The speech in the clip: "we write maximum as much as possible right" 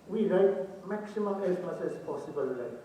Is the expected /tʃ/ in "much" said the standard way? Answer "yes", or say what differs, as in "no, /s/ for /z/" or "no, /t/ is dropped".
no, /s/ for /tʃ/